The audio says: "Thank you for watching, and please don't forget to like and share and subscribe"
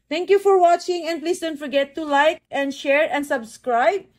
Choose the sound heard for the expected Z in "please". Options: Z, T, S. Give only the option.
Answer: S